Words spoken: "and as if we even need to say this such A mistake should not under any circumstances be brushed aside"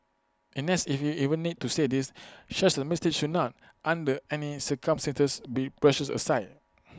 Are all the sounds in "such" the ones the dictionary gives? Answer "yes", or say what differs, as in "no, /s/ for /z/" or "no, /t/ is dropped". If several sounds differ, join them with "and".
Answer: no, /ʃ/ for /s/